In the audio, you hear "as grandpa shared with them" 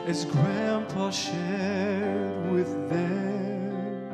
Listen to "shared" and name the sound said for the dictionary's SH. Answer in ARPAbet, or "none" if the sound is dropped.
SH